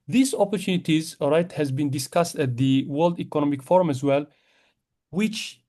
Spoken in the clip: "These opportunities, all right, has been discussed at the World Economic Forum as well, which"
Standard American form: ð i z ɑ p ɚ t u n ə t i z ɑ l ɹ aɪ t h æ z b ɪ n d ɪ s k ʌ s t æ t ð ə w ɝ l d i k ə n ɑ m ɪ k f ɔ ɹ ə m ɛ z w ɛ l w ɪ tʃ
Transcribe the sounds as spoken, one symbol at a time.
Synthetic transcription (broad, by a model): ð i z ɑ p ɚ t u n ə t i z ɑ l ɹ aɪ t h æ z b ɪ n d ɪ s k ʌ s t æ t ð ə w ɝ l d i k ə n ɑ m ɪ k f ɔ ɹ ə m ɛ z w ɛ l w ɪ tʃ